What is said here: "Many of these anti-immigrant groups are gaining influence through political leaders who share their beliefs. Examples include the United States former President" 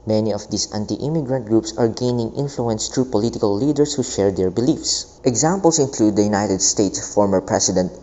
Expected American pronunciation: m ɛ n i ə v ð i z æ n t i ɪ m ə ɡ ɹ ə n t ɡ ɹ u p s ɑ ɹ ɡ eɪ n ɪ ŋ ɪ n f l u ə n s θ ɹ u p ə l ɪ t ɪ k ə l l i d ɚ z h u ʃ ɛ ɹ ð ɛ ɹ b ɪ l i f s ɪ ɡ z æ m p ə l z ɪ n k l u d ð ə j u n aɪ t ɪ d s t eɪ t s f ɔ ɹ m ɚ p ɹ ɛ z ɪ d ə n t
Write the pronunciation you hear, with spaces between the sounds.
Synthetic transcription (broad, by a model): m ɛ n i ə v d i s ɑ n t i ɪ m ə ɡ ɹ ə n t ɡ ɹ u p s ɑ ɹ ɡ eɪ n ɪ ŋ ɪ n f l u ə n s t ɹ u p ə l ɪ t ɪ k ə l l i d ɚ s h u ʃ ɛ ɹ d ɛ ɹ b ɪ l i f s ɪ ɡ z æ m p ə l s ɪ n k l u d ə j u n aɪ t ɪ d s t eɪ t s f ɔ ɹ m ɚ p ɹ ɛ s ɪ d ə n t